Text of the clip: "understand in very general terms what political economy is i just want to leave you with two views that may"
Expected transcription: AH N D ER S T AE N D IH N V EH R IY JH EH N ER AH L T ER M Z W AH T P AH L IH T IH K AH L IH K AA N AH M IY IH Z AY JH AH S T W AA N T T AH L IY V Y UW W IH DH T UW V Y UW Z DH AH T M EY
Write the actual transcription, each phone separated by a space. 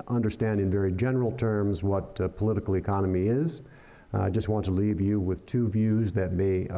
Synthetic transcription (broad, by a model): AH N D ER S T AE N D IH N V EH R IY JH EH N ER L T ER M Z W AH T P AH L IH T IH K L IH K AA N AH M IY IH Z AY JH AH S T W AA N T T AH L IY V Y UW W IH DH T UW V Y UW Z DH AH T M EY